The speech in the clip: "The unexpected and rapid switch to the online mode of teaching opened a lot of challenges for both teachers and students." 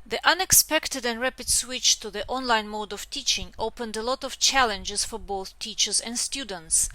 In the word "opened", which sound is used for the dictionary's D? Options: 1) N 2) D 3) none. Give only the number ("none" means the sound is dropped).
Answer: 2